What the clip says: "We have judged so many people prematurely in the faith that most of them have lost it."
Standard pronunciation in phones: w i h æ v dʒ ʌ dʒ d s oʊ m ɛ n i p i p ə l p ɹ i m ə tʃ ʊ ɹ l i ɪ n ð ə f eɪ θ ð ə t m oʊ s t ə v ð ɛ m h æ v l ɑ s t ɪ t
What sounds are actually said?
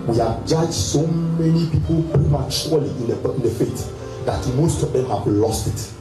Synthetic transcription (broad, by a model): w i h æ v dʒ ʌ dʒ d s oʊ m ɛ n i p i p ə l p ɹ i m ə tʃ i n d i ɪ n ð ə f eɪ t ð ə t m oʊ s t ə v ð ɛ m h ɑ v l ɑ s t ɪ t